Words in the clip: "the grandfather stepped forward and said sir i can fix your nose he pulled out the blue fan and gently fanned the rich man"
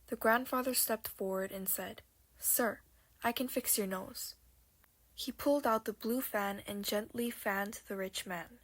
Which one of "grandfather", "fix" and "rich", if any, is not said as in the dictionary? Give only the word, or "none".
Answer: none